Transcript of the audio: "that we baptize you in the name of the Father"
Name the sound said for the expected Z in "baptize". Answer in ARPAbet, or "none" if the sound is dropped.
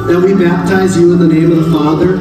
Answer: Z